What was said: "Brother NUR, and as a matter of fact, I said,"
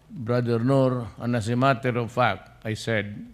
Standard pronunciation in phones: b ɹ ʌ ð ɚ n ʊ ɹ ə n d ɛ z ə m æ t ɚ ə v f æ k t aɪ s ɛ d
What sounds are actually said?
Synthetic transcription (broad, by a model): b ɹ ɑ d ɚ n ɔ ɹ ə n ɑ s ə m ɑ t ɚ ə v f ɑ k aɪ s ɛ d